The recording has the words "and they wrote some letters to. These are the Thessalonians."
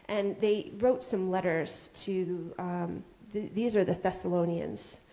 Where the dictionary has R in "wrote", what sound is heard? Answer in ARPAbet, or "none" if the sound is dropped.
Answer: R